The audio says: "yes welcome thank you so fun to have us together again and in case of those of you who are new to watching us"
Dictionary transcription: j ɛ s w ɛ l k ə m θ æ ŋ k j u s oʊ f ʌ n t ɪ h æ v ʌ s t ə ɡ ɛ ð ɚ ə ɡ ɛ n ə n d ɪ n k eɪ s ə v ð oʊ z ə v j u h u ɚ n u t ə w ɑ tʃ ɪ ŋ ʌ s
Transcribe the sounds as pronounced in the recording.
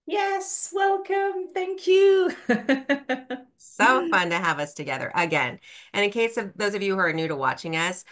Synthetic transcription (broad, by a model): j ɛ s w ɛ l k ə m θ æ ŋ k j u s oʊ f ʌ n t ɪ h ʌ v ʌ s t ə ɡ ɛ ð ɚ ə ɡ ɛ n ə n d ɪ n k eɪ s ə v ð oʊ z ə v j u h ɚ n u t ə w ɑ tʃ ɪ ŋ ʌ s